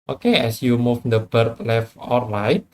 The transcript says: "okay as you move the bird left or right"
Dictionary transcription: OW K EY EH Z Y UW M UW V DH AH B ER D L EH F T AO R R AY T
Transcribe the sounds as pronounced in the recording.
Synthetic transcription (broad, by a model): OW K EY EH S Y UW M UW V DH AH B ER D L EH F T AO L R AY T